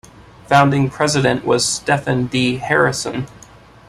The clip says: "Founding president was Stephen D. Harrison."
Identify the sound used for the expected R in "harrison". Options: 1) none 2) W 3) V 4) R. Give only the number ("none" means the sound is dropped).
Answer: 4